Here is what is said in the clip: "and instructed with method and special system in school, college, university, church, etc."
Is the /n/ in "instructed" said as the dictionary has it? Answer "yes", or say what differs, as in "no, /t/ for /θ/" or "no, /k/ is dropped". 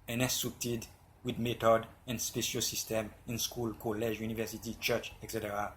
no, /n/ is dropped